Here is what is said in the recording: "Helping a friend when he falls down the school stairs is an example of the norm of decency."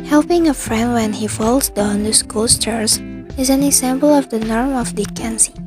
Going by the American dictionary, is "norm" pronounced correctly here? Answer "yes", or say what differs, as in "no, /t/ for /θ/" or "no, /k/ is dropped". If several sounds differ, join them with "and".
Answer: yes